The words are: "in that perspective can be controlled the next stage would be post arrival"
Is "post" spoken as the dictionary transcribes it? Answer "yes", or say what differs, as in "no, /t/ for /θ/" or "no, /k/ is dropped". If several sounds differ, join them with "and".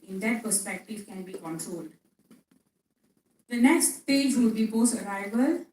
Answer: no, /t/ is dropped